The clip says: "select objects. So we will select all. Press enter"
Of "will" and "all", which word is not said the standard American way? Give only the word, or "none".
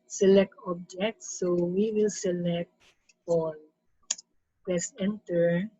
all